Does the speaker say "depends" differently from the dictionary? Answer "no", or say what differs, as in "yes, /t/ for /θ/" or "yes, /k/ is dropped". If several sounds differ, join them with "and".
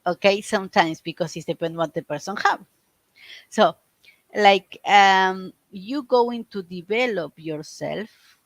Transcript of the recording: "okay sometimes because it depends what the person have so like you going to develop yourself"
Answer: yes, /z/ is dropped